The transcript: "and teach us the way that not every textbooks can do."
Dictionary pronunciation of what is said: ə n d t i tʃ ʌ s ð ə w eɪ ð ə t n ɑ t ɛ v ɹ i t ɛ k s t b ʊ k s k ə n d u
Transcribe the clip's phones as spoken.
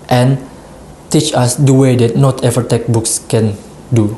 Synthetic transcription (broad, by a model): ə n t i tʃ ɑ s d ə w eɪ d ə t n ɑ t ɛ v i t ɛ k b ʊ k s k ə n d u